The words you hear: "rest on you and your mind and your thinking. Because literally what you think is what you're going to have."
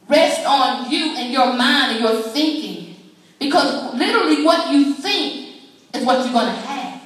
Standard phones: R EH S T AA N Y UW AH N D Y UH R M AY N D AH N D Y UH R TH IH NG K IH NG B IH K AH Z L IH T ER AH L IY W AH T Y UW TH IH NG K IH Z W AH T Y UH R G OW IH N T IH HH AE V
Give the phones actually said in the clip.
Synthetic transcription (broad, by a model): R EH S T N Y UW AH N Y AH R M AY N D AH N Y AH R TH IH NG K IH NG B IH K AH Z L IH T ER L IY W AH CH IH TH IH NG K IH Z W AH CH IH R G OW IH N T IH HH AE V